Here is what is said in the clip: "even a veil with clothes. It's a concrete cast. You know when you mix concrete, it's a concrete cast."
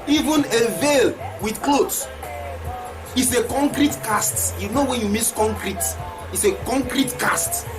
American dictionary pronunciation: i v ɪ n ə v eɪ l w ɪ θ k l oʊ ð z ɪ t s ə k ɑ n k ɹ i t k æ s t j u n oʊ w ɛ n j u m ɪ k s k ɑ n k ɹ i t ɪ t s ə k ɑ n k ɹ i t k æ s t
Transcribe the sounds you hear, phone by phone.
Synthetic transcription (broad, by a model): i v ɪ n ə v eɪ l w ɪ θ k l oʊ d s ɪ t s ə k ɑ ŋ k ɹ i t k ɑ s t j u n oʊ w ɛ n j u m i s k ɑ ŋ k ɹ i t ɪ t s ə k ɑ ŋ k ɹ i t k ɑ s t